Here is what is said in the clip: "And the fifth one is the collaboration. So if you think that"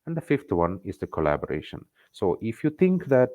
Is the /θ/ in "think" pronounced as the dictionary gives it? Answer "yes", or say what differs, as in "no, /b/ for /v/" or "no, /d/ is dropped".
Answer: no, /t/ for /θ/